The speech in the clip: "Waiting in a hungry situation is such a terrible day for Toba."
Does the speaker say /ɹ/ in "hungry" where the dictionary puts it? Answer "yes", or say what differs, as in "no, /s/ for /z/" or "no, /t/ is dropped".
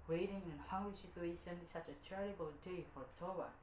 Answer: no, /ɹ/ is dropped